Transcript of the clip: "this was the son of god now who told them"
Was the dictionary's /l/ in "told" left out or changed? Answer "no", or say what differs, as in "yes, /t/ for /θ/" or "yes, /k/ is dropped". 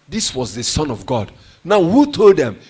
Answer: no